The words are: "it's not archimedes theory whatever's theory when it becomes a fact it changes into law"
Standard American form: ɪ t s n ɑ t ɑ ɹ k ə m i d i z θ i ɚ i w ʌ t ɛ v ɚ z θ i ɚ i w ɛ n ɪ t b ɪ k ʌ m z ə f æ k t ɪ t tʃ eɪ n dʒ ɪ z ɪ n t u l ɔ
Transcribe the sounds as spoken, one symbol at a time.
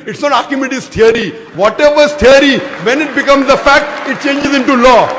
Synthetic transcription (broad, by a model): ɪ t s n ɑ t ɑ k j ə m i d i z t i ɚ i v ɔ t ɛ v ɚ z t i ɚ i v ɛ n ɪ t b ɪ k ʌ m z ə f æ k t ɪ t tʃ eɪ n dʒ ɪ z ɪ n t u l ɔ